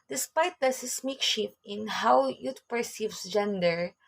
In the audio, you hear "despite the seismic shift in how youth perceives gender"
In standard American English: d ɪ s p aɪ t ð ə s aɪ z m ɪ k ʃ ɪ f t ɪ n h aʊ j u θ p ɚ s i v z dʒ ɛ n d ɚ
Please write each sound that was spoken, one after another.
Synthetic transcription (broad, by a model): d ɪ s p aɪ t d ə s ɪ s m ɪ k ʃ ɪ t ɪ n h aʊ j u t p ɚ s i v s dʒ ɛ n d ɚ